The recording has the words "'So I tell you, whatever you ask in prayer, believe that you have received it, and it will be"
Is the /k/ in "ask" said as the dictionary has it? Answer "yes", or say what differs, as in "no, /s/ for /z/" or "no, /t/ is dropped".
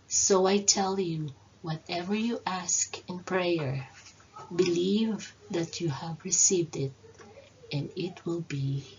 yes